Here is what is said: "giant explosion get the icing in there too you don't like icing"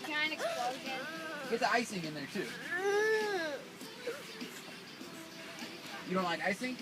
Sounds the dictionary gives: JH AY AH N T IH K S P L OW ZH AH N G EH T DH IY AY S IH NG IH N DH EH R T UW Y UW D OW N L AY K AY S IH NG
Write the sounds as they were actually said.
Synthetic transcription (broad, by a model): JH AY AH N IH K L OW Z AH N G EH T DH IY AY S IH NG IH N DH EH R T UW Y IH D OW N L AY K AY S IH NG